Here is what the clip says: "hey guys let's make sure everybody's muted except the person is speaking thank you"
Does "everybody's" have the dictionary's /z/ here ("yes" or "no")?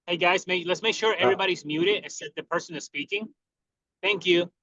yes